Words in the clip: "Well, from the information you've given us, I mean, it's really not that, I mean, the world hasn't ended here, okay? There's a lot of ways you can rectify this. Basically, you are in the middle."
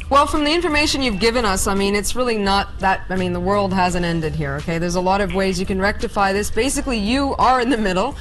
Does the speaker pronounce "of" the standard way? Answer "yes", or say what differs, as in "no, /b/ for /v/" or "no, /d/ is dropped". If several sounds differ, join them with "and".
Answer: yes